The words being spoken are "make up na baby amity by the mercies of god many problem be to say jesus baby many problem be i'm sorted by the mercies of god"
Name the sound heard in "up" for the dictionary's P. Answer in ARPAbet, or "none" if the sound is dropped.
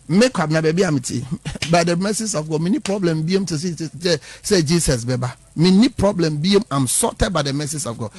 B